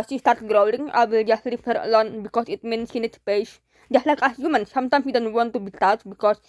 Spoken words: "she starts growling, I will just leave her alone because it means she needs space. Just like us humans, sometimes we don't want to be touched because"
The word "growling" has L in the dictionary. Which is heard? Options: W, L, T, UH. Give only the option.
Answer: W